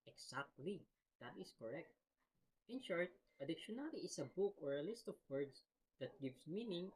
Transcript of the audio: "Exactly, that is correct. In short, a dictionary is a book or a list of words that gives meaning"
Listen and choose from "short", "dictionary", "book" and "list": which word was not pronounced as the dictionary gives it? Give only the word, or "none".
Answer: dictionary